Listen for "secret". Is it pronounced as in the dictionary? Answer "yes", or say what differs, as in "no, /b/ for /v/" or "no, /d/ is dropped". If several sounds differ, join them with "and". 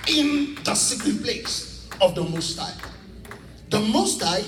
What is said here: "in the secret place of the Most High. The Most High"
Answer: no, /ɹ/ is dropped